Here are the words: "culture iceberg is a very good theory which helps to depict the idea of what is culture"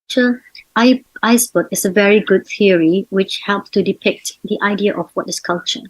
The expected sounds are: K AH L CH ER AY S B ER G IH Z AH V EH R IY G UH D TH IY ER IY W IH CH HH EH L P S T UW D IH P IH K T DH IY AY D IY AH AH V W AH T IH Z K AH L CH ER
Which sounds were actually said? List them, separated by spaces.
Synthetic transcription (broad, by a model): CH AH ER AY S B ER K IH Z AH V EH R IY G UH D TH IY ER IY W IH CH HH EH L P S T UW D IH P IH K T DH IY AY D IY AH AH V W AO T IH S K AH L CH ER